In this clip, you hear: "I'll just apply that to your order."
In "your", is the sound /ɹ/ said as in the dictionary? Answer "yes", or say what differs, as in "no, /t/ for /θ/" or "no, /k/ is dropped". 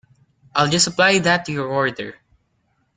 yes